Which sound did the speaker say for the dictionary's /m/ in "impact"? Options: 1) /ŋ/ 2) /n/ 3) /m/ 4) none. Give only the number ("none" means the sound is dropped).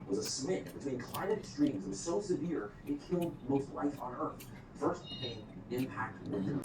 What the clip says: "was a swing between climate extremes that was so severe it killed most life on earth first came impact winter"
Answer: 3